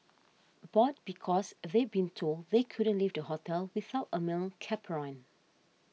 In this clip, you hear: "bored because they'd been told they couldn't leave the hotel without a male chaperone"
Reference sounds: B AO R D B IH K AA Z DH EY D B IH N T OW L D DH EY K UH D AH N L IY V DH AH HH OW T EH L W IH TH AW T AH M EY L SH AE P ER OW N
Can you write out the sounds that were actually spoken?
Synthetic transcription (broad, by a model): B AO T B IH K AA S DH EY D B IH N T OW L D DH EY K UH D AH N L IY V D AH HH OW T EH L W IH TH AW T AH M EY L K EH P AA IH N